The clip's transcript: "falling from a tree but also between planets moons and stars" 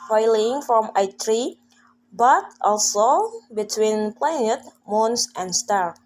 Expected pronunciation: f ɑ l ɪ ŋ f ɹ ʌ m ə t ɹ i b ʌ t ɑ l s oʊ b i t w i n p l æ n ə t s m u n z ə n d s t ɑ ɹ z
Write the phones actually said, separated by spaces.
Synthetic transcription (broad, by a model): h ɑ l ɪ ŋ f ɹ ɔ m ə t ɹ i b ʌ t ɑ l s oʊ b i t w i n p l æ n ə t m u n s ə n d s t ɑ ɹ